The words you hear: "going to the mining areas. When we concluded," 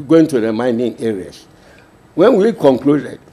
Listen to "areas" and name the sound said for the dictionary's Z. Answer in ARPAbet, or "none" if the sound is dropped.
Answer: S